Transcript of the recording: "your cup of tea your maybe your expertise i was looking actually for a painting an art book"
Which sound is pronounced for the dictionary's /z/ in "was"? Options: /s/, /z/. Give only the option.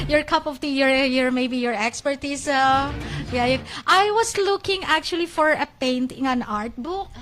/s/